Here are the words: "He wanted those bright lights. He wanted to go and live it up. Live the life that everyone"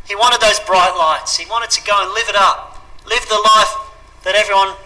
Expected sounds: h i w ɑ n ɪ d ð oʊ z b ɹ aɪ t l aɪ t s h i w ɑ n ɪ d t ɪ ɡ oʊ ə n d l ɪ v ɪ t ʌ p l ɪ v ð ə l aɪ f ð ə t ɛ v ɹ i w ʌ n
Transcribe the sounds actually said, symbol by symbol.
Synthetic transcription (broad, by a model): h i w ɑ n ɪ d ð oʊ z b ɹ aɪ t l aɪ t s h i w ɑ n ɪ d t ɪ ɡ oʊ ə n l ɪ v ɪ t ʌ p l ɪ v ð ə l aɪ f ð ə t ɛ v ɹ i w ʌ n